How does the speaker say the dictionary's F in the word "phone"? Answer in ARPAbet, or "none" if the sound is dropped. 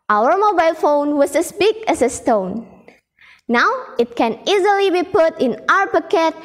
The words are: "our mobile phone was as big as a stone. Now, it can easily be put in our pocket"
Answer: F